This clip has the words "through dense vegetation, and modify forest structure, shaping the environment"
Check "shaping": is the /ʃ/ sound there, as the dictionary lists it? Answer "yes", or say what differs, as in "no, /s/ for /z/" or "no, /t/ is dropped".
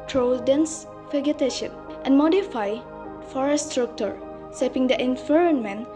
no, /s/ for /ʃ/